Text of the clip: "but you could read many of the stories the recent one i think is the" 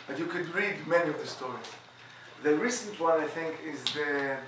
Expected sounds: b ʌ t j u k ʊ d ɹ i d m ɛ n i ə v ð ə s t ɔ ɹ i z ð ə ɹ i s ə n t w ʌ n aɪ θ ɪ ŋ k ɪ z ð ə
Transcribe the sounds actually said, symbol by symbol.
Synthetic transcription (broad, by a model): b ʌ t j u k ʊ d ɹ i d m ɛ n i ə v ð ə s t ɔ ɹ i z ð ə ɹ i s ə n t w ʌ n aɪ θ ɪ ŋ k ɪ z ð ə